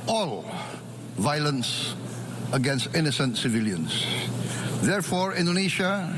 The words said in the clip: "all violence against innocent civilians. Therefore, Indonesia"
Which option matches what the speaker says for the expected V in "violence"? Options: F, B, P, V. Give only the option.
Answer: V